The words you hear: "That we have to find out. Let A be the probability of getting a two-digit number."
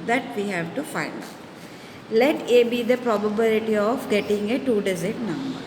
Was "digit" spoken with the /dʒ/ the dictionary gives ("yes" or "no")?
no